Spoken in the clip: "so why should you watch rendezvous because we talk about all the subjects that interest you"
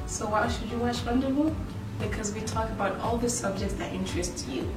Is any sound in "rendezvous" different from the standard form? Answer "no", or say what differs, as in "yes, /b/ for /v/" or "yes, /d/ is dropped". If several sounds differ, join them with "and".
yes, /f/ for /v/